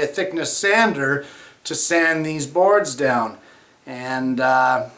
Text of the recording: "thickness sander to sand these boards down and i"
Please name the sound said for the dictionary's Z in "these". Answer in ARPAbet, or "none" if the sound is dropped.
Z